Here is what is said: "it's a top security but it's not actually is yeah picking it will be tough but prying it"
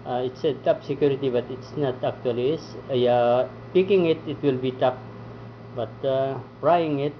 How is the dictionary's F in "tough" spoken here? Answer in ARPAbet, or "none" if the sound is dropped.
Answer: P